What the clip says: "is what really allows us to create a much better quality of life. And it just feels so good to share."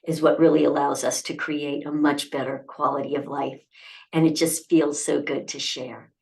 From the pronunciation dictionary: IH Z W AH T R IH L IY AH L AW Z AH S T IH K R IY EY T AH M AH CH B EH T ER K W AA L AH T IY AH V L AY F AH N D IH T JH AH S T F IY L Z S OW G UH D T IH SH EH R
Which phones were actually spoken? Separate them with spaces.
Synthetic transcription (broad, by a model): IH Z W AH T R IH L IY AH L AW Z AH S T IH K R IY EY T AH M AH CH B EH T ER K W AA L AH T IY AH V L AY F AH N IH T JH AH S T F IY L Z S OW G UH D T IH SH EH R